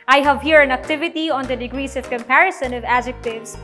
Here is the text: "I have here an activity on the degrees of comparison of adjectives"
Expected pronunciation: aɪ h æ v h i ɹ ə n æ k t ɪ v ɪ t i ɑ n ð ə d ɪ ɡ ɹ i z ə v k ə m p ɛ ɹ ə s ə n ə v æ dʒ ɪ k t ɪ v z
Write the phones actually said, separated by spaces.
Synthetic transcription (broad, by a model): aɪ h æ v h i ɹ ə n æ k t ɪ v ɪ t i ɑ n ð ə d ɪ ɡ ɹ i s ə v k ə m p ɛ ɹ ə s ə n ə v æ dʒ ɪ k t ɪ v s